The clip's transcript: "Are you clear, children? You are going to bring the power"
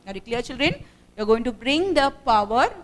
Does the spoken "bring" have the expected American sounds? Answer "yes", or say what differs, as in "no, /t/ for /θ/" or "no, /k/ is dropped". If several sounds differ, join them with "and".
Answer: yes